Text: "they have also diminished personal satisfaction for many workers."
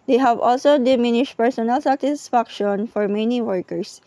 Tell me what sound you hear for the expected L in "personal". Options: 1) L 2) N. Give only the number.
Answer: 1